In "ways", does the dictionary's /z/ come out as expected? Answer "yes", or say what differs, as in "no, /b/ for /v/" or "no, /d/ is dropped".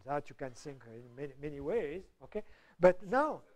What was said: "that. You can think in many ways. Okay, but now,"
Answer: yes